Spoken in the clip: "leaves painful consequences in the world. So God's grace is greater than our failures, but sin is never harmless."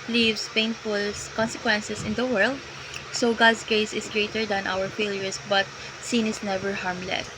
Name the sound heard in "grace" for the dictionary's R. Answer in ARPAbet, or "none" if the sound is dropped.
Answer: none